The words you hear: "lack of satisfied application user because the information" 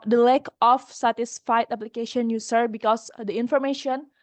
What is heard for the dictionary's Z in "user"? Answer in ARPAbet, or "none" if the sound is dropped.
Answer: S